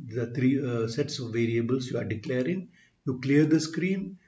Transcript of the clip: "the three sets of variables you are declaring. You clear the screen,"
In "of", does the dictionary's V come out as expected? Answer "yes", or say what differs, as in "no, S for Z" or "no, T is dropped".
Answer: yes